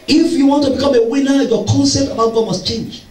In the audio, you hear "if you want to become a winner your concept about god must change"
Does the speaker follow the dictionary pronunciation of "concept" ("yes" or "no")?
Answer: no